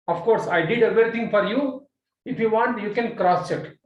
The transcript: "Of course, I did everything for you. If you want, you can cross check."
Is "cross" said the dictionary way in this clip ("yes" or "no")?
yes